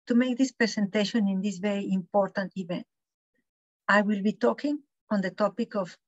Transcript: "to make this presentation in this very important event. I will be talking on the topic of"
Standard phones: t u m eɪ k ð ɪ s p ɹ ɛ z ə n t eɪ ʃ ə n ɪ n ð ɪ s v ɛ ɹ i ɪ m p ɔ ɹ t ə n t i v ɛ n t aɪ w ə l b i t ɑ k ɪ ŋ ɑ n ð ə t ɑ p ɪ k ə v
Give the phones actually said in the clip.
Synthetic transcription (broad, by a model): t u m eɪ k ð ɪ s p ɹ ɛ s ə n t eɪ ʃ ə n ɪ n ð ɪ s v ɛ ɹ i ɪ m p ɔ ɹ t ə n t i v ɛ n t aɪ w ə l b i t ɑ k ɪ ŋ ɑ n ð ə t ɑ p ɪ k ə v